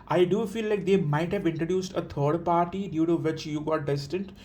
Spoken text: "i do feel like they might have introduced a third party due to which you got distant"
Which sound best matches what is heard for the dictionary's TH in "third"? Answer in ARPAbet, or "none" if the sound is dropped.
T